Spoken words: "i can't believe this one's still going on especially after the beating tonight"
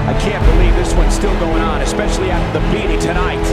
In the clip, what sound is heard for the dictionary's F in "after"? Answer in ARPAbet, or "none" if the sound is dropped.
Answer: none